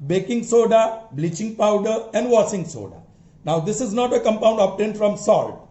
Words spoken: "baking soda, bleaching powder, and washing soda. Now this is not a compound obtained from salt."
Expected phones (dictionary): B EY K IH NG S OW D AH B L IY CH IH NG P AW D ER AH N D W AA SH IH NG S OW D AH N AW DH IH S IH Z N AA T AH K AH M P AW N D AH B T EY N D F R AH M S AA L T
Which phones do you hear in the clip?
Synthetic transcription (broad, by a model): B EY K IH NG S OW D AH B L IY CH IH NG P AW D ER AH N D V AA S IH NG S OW D AH N AW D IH S IH Z N AA T AH K AH M P AW N D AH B T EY N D F R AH M S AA L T